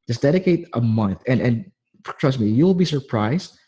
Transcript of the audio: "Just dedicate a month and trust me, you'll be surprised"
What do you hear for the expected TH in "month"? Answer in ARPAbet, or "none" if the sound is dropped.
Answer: TH